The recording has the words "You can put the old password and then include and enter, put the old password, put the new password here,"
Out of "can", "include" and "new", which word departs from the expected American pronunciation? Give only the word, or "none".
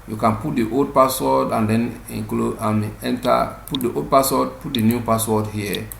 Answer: include